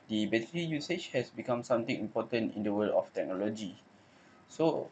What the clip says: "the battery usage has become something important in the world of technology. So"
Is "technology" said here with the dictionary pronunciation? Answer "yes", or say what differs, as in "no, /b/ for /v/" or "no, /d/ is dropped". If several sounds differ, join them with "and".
yes